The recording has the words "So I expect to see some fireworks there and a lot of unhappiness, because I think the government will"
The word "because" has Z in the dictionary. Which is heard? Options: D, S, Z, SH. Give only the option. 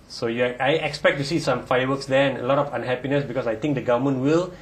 S